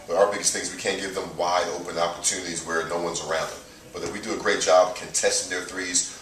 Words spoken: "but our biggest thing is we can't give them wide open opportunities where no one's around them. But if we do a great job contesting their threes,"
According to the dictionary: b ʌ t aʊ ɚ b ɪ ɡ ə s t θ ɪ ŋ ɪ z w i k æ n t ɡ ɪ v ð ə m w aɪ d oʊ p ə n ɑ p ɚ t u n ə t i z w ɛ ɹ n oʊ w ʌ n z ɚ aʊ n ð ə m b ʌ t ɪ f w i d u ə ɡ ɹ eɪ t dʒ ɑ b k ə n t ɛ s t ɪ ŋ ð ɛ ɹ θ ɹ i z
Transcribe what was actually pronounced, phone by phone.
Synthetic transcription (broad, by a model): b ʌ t aʊ ɚ b ɪ ɡ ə s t θ ɪ ŋ z w i k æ n ɡ ɪ v ð ə m w aɪ d oʊ p ə n ɑ p ɚ t u n ə t i z w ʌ ɹ n oʊ w ʌ n z ɚ aʊ n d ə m b ʌ t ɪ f w i d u ə ɡ ɹ eɪ t dʒ ɑ b k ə n t ɛ s t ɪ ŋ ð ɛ ɹ θ ɹ i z